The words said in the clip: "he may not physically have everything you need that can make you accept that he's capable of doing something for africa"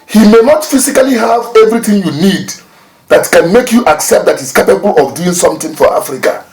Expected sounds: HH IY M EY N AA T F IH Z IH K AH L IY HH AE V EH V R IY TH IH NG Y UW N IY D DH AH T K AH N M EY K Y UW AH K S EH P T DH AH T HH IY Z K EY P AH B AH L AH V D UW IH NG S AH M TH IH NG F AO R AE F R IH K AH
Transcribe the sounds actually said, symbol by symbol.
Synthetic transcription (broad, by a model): HH IY M EY N AA T F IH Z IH K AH L IY HH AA V EH V R IY TH IH NG Y UW N IY D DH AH T K AH N M EY K Y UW AH K S EH P T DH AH T HH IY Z K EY P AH B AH L AH V D UW IH NG S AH M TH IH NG F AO R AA F R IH K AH